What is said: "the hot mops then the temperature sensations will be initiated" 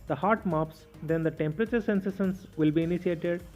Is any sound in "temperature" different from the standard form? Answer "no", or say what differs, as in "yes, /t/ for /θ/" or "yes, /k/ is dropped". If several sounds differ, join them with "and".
no